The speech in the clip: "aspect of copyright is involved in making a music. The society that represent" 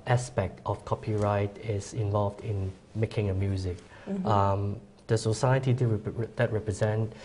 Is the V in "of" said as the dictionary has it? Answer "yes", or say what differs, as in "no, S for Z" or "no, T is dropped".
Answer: no, F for V